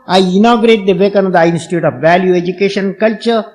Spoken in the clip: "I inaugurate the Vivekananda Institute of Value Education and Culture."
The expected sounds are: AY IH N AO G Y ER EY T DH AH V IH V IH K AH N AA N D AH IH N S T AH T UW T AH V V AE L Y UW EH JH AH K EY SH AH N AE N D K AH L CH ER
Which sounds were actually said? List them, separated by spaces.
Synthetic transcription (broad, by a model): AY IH N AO G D EY T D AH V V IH K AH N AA D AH IH N S T AH T UW T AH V V AE L Y UW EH JH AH K EY SH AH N N K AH L CH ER